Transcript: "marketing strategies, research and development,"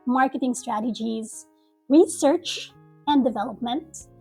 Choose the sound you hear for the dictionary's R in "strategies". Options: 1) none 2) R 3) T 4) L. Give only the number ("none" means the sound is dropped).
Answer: 2